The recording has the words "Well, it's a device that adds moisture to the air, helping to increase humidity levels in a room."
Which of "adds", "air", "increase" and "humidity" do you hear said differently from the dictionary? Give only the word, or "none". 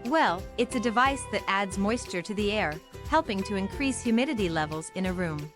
none